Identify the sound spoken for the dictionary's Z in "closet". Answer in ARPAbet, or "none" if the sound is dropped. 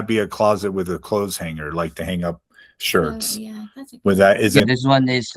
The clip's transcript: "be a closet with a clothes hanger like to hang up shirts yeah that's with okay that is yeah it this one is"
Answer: Z